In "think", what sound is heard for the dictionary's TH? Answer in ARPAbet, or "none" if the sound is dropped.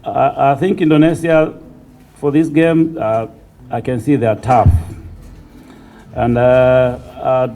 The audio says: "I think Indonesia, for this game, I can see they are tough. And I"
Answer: TH